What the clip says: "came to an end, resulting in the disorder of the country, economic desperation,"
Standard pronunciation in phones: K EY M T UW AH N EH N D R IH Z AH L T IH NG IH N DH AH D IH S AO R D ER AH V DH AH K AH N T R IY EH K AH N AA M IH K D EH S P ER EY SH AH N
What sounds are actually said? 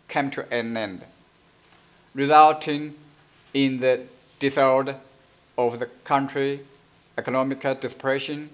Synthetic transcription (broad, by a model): K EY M T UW AH N EH N D R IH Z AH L T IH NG IH N DH AH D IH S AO L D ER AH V DH AH K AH N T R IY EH K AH N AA M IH K D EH S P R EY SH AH N